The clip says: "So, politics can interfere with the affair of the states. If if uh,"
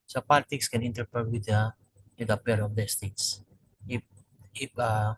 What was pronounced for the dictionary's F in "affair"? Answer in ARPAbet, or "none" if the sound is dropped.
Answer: P